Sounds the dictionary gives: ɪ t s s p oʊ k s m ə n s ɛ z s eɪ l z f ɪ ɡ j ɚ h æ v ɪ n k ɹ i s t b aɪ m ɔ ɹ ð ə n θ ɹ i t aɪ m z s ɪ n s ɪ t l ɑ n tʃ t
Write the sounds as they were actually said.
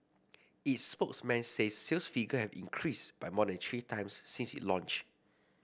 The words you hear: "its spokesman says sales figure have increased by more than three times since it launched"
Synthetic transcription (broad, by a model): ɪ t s s p oʊ k s m ə n s ɛ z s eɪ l s f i ɡ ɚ h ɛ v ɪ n k ɹ i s b aɪ m ɔ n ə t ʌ ɹ i t aɪ m s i n s ɪ t l ɑ n tʃ